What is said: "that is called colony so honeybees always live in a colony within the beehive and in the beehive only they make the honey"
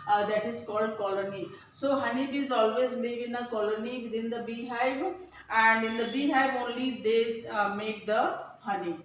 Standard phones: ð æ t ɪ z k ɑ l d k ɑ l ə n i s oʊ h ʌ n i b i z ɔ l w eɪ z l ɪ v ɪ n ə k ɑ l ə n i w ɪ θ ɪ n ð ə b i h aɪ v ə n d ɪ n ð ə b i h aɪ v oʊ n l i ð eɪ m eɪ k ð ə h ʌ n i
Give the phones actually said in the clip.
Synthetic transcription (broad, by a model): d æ t ɪ z k ɑ l d k ɑ l ə n i s oʊ h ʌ n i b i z ɔ l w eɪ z l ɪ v ɪ n ə k ɑ l ə n i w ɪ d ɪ n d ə b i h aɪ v ə n d ɪ n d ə b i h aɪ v oʊ n l i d eɪ m eɪ k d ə h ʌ n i